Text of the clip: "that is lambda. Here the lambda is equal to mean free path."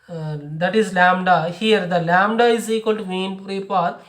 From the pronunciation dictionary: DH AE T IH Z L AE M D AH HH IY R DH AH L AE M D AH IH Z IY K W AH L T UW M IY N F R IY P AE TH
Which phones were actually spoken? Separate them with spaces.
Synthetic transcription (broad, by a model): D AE T IH Z L AE M D AH HH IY R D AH L AE M D AH IH Z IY K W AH L T UW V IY N P R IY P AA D